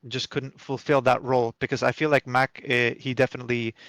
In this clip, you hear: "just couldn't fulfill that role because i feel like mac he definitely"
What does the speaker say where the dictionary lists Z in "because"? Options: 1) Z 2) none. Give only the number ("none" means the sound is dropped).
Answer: 1